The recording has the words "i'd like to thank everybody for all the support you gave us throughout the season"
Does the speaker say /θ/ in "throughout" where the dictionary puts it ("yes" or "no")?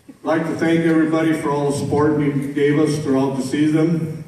no